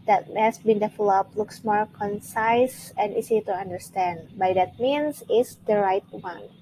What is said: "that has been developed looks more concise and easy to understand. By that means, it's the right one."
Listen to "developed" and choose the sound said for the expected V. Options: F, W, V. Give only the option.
F